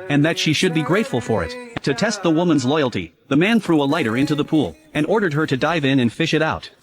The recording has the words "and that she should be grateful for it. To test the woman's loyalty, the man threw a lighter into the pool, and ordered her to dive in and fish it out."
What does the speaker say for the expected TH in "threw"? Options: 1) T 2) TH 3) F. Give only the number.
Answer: 2